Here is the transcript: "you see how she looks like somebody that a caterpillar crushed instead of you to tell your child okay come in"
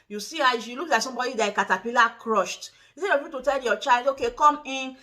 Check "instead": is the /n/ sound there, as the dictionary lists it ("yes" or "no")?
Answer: no